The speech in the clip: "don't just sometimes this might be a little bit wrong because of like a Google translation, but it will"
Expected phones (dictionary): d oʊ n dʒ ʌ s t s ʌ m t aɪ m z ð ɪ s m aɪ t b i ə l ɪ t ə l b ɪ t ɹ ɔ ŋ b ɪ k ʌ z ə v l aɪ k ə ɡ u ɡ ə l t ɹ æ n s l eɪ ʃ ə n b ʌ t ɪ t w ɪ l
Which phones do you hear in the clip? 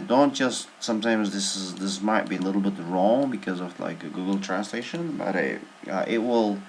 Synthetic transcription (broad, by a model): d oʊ n dʒ ʌ s t s ʌ m t aɪ m z ð ɪ s m aɪ t b i ə l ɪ t l b ɪ t ɹ ɔ ŋ b ɪ k ʌ z ə v l aɪ k ə ɡ u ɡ l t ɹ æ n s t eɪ ʃ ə n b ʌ t ɪ t w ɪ l